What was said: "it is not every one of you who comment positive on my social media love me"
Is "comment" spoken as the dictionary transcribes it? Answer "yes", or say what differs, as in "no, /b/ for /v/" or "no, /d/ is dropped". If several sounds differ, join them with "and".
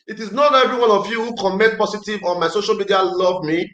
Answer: no, /n/ is dropped